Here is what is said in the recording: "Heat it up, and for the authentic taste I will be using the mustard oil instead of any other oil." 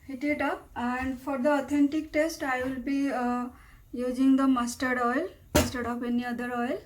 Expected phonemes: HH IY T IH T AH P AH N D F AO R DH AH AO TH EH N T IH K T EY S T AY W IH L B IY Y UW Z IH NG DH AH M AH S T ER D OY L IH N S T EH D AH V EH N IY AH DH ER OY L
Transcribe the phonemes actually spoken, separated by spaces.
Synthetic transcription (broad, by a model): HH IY T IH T AH P AH N D F AO R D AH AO T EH N T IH K T EY S T AY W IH L B IY Y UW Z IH NG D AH M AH S T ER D OY L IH S T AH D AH P EH N IY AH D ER OY L